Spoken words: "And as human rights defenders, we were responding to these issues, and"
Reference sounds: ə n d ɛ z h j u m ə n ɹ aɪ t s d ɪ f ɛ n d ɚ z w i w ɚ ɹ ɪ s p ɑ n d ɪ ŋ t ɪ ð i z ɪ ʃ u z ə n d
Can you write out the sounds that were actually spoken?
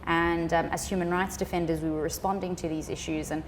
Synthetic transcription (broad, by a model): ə n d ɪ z h j u m ə n ɹ aɪ t s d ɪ f ɛ n d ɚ z w i w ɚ ɹ ɪ s p ɑ n d ɪ ŋ t ɪ ð i z ɪ ʃ u z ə n